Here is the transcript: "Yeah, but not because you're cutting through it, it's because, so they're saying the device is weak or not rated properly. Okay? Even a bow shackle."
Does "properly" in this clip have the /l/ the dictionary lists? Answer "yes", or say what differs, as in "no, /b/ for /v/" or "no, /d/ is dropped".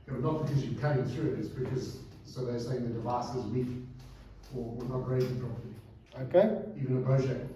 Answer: no, /l/ is dropped